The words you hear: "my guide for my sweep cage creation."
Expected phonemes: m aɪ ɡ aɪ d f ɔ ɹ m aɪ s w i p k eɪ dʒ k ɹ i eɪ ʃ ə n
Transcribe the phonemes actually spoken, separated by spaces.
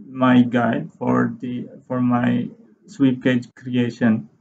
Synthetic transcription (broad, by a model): m aɪ ɡ aɪ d f ɔ ɹ m aɪ s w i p k eɪ dʒ k ɹ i eɪ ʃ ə n